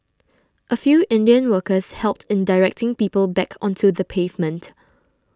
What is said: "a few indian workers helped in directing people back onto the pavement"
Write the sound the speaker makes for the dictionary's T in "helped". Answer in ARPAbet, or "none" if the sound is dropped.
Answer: T